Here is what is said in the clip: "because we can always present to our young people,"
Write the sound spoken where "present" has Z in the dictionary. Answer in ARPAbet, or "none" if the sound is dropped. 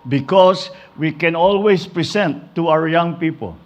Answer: S